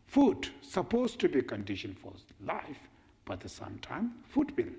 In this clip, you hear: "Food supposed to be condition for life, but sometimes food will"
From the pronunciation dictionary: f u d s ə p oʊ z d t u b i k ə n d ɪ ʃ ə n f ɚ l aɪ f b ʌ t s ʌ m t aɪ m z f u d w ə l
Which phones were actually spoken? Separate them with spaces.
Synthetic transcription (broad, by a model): f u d s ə p oʊ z t u b i k ə n d ɪ ʃ ə n f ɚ l aɪ f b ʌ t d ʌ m t aɪ m f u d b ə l